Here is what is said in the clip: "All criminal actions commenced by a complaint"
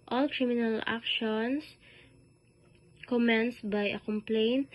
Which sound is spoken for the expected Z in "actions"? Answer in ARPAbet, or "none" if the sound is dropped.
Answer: S